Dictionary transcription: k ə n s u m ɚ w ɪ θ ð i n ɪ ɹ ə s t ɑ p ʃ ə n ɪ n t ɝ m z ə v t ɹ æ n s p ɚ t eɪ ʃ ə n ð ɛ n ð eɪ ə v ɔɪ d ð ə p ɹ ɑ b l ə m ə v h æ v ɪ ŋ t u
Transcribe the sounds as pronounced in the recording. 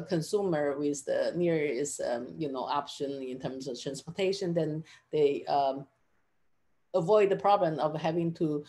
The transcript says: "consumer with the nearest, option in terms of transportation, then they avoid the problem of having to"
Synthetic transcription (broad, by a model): k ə n s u m ɚ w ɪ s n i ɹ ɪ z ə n t ɑ p ʃ ə n ɪ n t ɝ m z ə v t ɹ æ n s p ɚ t eɪ ʃ ə n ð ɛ n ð eɪ ə v ɔɪ d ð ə p ɹ ɑ b l ə m ə v h æ v ɪ ŋ t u